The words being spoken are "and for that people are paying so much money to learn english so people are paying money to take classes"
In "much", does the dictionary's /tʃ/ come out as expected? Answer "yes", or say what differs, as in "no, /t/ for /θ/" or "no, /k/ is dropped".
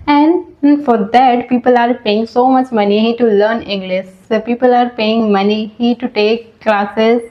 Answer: yes